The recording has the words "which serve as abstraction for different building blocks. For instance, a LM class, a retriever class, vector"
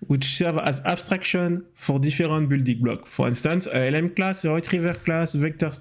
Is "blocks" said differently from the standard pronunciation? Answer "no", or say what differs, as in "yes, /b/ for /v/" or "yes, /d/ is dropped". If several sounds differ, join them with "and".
yes, /s/ is dropped